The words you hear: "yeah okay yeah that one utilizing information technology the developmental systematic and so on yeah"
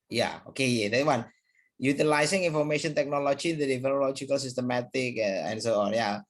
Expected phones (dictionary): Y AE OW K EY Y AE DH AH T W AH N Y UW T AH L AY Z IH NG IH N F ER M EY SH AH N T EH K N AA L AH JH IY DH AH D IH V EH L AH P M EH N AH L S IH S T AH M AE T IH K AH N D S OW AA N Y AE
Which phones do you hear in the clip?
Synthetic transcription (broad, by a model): Y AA OW K EY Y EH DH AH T W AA N Y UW T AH L AY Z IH NG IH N F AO M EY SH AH N T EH K N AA L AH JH IY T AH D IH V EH N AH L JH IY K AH L S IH S T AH M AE T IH K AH N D S OW AA N Y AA